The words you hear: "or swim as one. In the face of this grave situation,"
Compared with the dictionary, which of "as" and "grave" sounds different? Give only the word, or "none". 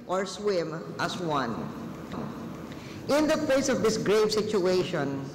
as